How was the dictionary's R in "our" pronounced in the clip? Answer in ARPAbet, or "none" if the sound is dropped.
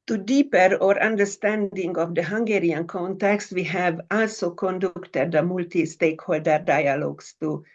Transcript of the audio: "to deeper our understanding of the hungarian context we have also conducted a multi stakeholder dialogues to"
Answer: R